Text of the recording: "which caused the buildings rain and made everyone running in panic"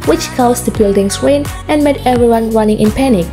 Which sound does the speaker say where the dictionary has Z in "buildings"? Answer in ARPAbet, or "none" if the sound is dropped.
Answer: S